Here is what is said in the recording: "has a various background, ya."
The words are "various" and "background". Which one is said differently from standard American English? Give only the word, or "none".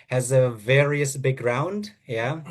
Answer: background